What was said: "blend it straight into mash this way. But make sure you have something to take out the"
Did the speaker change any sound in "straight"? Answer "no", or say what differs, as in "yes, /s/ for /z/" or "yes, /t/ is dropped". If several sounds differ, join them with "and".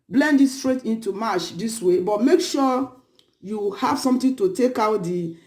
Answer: no